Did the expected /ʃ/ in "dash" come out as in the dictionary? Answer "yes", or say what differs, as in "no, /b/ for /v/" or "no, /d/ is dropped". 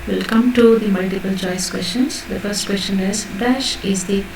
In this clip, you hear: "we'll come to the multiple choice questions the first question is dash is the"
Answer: yes